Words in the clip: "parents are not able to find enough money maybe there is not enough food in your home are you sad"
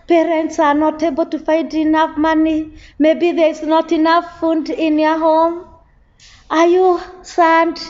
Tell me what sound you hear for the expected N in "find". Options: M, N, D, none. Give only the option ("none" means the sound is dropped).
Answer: none